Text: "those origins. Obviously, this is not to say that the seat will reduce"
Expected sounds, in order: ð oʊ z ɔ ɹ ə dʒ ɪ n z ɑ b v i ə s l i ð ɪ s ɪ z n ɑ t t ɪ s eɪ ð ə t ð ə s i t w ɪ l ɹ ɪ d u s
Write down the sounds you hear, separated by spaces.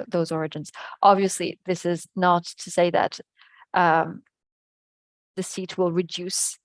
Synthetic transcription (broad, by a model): ð oʊ z ɔ ɹ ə dʒ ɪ n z ɑ b v i ə s l i ð ɪ s ɪ z n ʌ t t ɪ s eɪ ð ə t ð ə s i t w ɪ l ɹ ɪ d u s